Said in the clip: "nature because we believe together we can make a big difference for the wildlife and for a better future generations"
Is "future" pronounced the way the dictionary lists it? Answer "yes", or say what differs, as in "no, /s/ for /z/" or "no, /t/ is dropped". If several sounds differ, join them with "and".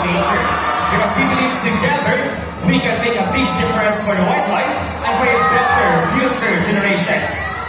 no, /s/ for /tʃ/